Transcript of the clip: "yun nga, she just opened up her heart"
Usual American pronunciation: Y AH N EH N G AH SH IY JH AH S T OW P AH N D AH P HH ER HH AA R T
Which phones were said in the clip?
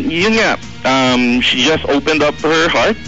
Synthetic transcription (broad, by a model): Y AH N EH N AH SH IY JH AH S T OW P AH N D AH P HH ER HH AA R T